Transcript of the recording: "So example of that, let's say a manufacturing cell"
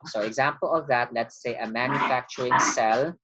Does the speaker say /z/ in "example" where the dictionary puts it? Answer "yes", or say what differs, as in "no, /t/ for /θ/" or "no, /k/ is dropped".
yes